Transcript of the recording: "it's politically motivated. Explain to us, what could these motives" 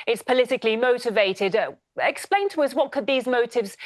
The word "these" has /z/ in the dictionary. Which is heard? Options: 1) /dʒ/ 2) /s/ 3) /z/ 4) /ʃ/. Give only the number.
3